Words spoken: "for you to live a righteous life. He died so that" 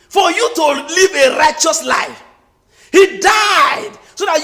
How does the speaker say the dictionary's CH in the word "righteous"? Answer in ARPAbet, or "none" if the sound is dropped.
CH